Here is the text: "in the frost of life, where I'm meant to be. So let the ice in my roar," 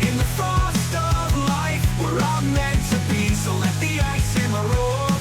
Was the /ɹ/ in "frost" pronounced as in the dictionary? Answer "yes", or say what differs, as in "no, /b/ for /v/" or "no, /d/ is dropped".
no, /ɹ/ is dropped